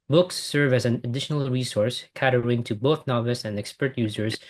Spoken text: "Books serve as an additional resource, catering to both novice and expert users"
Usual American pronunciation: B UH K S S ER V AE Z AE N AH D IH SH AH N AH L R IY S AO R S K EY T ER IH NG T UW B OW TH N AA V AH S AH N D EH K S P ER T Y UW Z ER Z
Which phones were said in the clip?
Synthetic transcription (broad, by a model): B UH K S S ER V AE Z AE N AH D IH SH AH N AH L R IY S AO R S K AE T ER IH NG T UW B OW TH N AA V AH S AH N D EH K S P ER T Y UW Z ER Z